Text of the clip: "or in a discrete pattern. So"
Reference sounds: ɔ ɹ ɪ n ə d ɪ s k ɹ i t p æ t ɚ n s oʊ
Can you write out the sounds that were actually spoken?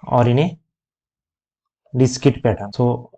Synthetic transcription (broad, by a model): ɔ ɹ ɪ n ə d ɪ s k i t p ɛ t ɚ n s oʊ